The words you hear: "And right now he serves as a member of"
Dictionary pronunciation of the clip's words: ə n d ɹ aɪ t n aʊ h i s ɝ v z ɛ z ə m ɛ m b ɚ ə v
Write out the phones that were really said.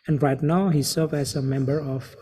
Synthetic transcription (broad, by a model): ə n ɹ aɪ t n aʊ h i s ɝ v ɛ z ə m ɛ m b ɚ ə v